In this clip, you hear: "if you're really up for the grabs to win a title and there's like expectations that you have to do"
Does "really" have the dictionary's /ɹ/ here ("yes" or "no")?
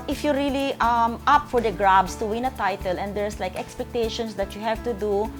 no